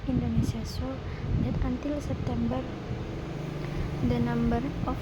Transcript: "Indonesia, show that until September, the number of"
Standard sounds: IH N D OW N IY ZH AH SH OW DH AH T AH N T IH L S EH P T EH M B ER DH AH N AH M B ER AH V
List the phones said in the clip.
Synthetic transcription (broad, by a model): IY N D OW N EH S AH S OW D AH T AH N T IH L S EH P T EH M B ER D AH N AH M B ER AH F